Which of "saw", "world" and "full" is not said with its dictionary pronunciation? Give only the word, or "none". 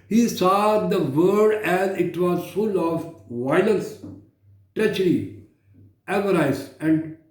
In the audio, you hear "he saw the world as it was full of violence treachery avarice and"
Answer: world